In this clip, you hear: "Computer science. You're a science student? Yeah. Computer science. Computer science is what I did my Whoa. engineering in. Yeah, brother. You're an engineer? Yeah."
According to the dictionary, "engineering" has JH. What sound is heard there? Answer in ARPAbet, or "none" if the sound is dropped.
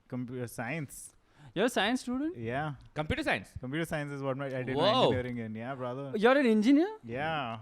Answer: none